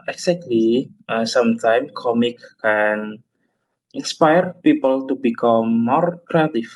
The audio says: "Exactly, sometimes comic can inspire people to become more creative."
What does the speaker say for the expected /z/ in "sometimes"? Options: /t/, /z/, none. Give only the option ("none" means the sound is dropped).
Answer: none